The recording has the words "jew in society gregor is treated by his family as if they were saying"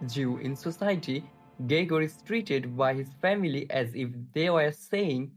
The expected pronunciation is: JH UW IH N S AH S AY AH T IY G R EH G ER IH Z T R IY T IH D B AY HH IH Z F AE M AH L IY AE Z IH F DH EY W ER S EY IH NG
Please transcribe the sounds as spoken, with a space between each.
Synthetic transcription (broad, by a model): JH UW IH N S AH S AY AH T IY G EH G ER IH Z T R IY T IH D B AY HH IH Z F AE M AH L IY AE Z IH F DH EY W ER S EY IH NG